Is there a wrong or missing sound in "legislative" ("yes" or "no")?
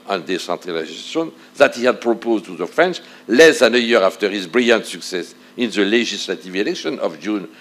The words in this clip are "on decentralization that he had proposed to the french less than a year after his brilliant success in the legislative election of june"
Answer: yes